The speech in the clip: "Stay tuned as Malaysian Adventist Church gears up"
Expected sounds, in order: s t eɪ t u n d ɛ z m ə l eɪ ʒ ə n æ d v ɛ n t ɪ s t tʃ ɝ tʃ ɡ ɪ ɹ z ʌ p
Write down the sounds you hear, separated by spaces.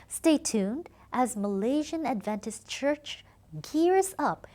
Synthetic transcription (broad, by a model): s t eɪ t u n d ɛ z m ə l eɪ ʒ ə n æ d v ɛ n t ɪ s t tʃ ɝ tʃ ɡ ɪ ɹ z ʌ p